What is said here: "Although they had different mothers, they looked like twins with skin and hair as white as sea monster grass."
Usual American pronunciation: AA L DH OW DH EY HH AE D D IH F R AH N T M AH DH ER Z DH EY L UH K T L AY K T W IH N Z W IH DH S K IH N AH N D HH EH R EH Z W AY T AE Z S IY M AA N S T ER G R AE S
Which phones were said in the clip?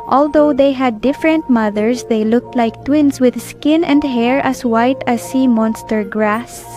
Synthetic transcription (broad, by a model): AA L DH OW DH EY HH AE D D IH F R AH N T M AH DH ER S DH EY L UH K T L AY K T W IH N S W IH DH S K IH N AH N D HH EH R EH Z W AY T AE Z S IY M AA N S T ER G R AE S